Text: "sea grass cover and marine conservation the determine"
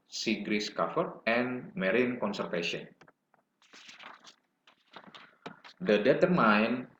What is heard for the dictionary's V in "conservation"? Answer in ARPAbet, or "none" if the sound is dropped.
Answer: F